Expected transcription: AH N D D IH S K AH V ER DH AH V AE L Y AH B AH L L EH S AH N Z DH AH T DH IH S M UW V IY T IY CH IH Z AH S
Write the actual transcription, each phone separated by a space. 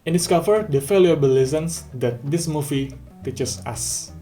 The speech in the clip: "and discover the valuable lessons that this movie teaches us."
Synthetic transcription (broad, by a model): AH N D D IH S K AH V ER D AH F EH L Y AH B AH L L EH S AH N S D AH T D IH S M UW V IY T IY CH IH S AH S